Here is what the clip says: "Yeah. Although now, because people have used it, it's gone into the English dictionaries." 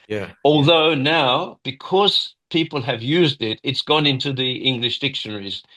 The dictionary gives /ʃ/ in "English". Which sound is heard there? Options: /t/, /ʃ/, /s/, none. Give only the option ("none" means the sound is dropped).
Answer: /ʃ/